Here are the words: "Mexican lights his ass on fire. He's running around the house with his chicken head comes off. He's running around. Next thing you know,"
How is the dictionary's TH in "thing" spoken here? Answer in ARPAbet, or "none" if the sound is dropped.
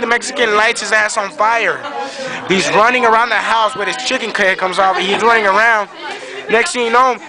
T